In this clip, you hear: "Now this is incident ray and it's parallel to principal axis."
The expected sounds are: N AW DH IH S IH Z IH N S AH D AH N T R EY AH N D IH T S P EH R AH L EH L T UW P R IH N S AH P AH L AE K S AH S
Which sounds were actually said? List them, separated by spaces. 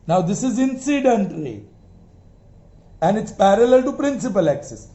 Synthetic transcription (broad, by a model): N AW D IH S IH Z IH N S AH D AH N T L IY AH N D IH T S P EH R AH L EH L T UW P R IH N S AH P AH L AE K S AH S